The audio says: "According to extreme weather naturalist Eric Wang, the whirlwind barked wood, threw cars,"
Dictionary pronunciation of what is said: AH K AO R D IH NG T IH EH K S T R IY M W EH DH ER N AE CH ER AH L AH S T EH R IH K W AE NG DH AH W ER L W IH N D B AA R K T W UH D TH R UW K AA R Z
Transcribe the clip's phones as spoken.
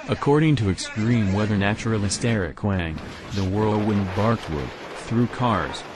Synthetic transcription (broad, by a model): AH K AO R D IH NG T IH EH K S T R IY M W EH DH ER N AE CH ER L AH S T EH R IH K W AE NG DH AH W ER W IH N B AA R K T W UH D TH R UW K AA R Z